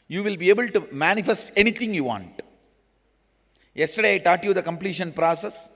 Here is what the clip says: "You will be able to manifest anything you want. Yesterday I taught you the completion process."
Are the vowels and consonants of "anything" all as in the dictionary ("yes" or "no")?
no